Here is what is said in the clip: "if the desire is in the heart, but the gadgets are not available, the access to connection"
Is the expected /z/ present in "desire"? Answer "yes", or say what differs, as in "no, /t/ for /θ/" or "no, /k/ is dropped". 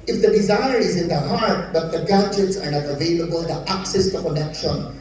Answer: yes